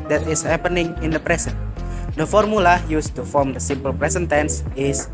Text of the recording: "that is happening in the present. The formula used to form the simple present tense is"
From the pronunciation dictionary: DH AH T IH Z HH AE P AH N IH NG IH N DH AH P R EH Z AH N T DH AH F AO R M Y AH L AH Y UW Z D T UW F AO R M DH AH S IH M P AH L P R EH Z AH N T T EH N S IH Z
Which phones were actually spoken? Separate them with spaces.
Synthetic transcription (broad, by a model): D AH T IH S HH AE P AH N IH NG IH N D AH P R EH S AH N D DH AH F AO R M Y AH L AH Y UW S T UW F AO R M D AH S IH M P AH L P R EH S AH N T T EH N S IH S